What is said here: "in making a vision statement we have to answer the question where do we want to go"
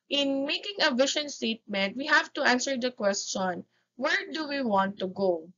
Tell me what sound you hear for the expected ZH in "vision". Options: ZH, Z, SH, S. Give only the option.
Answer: SH